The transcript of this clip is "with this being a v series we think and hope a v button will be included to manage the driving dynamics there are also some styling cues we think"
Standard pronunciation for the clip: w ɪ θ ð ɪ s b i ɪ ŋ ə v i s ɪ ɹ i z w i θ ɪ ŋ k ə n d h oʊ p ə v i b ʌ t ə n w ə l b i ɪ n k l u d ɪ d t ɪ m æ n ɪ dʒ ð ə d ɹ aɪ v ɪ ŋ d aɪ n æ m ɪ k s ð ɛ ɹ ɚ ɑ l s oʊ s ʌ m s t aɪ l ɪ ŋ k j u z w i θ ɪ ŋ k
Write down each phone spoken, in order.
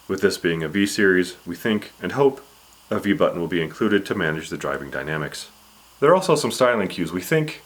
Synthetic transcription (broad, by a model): w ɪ ð ɪ s b i ɪ ŋ ə v i s ɪ ɹ i z w i θ ɪ ŋ k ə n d h oʊ p ə v i b ʌ t n w ə l b i ɪ n k l u d ɪ d t ɪ m æ n ɪ dʒ ð ə d ɹ aɪ v ɪ ŋ d aɪ n æ m ɪ k s ð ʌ ɹ ɑ l s oʊ s ʌ m s t aɪ l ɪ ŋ k j u z w i θ ɪ ŋ k